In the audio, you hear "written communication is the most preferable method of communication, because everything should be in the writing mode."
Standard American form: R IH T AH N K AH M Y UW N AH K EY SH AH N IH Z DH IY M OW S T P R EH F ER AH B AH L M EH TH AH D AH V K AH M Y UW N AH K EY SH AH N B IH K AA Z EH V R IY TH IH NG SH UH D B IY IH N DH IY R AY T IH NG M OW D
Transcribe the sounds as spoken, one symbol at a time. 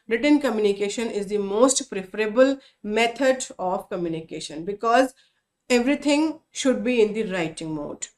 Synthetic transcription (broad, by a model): R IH T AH N K AH M Y UW N AH K EY SH AH N IH Z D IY M OW S T P R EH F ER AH B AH L M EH T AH D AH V K AH M Y UW N AH K EY SH AH N B IH K AA Z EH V R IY T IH NG SH UH D B IY IH N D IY R AY T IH NG M OW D